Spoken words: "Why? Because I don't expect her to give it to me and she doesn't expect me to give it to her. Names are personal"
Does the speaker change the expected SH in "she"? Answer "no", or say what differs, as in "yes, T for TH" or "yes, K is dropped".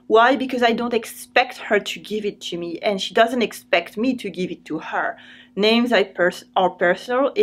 no